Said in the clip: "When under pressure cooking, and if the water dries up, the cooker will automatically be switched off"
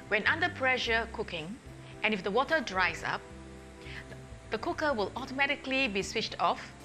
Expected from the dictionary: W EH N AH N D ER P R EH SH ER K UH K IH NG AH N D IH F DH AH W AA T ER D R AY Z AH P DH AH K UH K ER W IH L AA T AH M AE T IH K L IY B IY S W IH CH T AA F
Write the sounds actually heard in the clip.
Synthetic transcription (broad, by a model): W EH N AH N D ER P R EH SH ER K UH K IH NG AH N IH F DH AH W AA T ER D R AY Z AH P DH AH K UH K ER W IH L AA T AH M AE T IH K L IY B IY S W IH CH T AA F